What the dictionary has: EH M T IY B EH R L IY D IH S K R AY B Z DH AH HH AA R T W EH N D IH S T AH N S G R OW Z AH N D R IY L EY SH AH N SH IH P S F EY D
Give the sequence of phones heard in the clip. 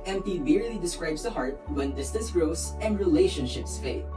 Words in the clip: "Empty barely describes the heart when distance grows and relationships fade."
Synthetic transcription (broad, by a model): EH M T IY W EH R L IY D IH S K R AY B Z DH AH HH AA R T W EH N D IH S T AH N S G R OW S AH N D R IY L EY SH AH N SH IH P S F EY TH